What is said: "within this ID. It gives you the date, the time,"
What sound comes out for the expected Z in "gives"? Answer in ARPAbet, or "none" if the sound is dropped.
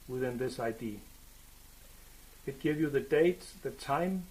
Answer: none